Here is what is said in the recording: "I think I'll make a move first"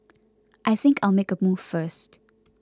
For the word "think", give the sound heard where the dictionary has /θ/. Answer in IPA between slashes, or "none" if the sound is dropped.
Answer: /θ/